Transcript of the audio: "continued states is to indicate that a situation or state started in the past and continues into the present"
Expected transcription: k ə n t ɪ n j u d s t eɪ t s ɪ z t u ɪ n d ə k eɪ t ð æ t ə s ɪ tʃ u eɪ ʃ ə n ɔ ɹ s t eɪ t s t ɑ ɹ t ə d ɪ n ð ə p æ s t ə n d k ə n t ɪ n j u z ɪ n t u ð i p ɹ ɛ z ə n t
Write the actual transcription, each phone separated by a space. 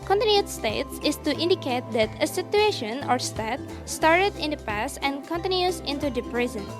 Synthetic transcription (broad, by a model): k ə n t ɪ n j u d s t eɪ t s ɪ s t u ɪ n d ə k eɪ t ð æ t ə s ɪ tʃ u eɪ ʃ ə n ɔ ɹ s t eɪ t s t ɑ ɹ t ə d ɪ n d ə p æ s t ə n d k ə n t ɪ n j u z ɪ n t u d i p ɹ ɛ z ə n